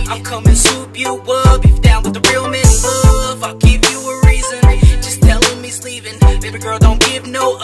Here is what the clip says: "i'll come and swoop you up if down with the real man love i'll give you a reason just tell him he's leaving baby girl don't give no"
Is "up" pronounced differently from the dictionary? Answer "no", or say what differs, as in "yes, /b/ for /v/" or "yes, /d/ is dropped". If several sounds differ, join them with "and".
yes, /b/ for /p/